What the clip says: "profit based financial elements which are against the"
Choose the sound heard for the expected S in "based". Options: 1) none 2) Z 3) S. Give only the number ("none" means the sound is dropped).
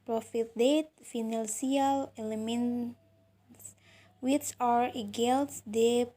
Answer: 1